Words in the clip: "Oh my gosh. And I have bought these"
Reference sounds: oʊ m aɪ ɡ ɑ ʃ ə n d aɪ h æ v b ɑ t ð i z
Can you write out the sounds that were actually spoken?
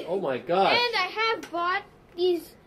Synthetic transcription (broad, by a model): oʊ m aɪ ɡ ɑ ə n d aɪ h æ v b ɑ t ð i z